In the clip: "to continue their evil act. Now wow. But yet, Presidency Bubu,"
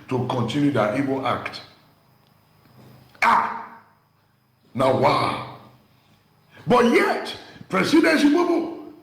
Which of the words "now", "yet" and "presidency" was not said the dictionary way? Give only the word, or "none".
presidency